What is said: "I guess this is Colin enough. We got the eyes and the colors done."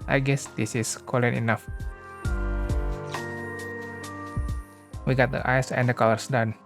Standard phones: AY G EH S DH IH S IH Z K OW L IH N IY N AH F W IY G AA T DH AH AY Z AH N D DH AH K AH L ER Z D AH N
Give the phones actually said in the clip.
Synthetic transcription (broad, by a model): AY G EH S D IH S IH S K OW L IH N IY N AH F W IY G AA T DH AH AY S AH N D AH K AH L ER S D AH N